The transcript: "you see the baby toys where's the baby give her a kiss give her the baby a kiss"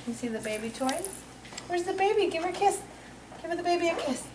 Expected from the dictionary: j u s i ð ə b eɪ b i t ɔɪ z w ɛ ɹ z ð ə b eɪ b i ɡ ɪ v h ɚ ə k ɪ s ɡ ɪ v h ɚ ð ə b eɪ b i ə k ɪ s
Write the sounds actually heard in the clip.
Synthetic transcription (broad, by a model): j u s i ð ə b eɪ b i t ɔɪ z w ɛ ɹ z ð ə b eɪ b i ɡ ɪ v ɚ k ɪ s ɡ ɪ v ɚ ð ə b eɪ b i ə k ɪ s